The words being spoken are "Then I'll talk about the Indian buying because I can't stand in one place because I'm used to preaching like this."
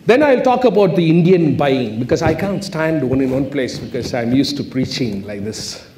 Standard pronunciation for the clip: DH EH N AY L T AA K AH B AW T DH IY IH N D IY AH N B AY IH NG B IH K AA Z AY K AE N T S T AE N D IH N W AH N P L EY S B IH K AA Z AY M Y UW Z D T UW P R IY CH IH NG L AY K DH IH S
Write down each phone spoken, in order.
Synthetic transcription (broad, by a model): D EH N AY L T AA K AH B AW T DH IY IH N D IY AH N B AY IH NG B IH K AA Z AY K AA N T S T AE N D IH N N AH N P L EY S B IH K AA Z AY M Y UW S T UW P R IY CH IH NG L AY K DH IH S